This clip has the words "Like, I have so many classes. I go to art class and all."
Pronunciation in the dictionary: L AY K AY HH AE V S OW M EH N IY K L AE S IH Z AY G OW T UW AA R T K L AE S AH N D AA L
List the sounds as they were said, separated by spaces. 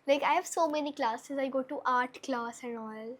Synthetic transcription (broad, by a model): L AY K AY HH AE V S OW M EH N IY K L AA S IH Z AY G OW T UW AA R T K L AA S AH N D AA L